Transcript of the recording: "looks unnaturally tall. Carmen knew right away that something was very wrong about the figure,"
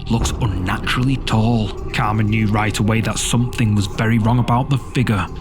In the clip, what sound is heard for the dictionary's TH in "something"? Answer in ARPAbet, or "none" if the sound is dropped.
TH